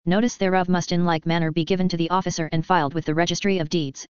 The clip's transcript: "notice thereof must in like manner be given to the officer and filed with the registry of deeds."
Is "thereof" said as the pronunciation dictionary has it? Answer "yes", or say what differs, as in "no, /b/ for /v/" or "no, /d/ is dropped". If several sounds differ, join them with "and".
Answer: yes